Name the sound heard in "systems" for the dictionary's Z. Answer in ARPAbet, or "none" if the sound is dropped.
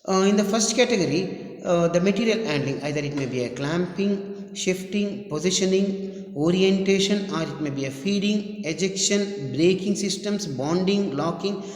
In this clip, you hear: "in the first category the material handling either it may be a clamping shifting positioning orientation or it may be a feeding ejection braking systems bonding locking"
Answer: S